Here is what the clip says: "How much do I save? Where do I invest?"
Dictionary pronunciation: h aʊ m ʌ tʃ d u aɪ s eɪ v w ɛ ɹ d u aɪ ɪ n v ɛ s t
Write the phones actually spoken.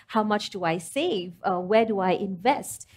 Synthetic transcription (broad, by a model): h aʊ m ʌ tʃ d u aɪ s eɪ v w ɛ d u aɪ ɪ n v ɛ s t